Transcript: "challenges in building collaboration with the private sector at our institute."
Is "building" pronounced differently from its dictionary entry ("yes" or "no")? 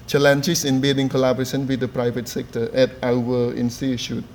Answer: yes